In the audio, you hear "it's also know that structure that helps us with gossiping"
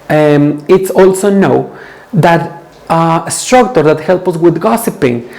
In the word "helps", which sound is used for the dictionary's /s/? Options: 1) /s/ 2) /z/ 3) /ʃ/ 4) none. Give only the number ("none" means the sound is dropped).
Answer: 4